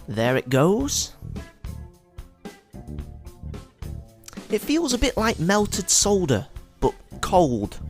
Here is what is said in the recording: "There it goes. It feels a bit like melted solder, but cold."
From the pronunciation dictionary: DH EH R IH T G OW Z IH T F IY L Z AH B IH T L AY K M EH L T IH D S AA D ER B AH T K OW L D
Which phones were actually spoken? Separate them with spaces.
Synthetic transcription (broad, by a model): DH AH R IH T G OW Z IH T F IY L Z AH B IH T L AY K M EH L T IH D S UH D ER B AH T K OW L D